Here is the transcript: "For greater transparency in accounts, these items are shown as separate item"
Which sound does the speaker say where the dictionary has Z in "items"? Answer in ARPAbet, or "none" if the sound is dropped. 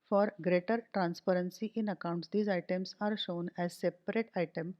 S